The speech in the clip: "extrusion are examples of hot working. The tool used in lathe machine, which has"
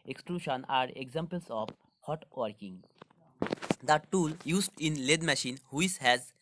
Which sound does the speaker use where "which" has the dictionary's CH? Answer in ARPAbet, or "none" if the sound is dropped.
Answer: S